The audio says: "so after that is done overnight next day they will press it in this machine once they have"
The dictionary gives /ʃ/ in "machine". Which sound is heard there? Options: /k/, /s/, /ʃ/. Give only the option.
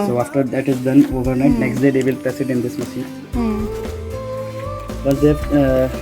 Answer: /s/